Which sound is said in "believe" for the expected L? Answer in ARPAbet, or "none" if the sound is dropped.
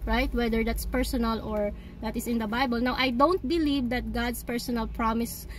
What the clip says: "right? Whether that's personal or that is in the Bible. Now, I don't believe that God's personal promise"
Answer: L